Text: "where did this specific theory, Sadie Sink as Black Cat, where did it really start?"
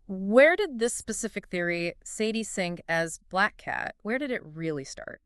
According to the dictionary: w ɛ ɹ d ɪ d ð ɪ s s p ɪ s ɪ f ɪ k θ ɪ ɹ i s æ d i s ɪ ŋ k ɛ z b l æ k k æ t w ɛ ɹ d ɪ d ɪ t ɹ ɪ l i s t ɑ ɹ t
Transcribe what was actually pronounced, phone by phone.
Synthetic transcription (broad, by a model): w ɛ ɹ d ɪ d ð ɪ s s p ɪ s ɪ f ɪ k θ ɪ ɹ i s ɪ d i s ɪ ŋ k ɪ z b l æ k k æ t w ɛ ɹ d ɪ d ɪ t ɹ ɪ l i s t ɑ ɹ t